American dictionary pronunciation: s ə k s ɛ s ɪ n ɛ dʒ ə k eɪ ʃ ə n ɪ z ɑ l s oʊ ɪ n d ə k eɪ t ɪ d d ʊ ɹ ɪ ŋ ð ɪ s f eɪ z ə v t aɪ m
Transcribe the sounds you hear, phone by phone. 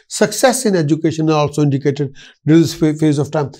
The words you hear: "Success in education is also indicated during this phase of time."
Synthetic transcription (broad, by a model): s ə k s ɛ s ɪ n ɛ dʒ ə k eɪ ʃ ə n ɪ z ɑ l s oʊ ɪ n d ə k eɪ t ɪ d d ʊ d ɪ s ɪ f eɪ z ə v t aɪ m